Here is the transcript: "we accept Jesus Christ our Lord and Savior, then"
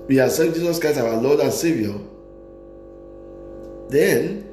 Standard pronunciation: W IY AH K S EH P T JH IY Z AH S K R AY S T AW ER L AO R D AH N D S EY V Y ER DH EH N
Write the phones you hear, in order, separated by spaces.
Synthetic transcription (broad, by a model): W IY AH S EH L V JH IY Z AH S K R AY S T AW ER L AO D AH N S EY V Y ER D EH N